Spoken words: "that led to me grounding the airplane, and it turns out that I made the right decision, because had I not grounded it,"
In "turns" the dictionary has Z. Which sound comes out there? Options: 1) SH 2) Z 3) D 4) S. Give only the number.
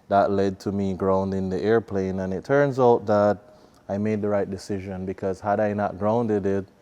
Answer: 2